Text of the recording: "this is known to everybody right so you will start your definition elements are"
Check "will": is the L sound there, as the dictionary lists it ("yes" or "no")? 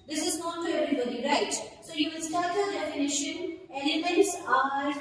no